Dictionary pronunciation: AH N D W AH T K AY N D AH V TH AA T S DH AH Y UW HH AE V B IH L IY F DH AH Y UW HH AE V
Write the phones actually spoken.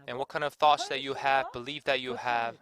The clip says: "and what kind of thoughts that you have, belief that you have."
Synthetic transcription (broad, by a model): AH N W AH T K AY N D AH V TH AA T S DH AH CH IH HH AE V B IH L IY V DH AH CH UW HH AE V